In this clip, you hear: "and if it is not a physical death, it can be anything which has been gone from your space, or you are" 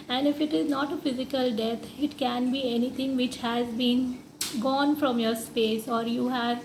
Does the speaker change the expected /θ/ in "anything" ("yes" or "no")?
yes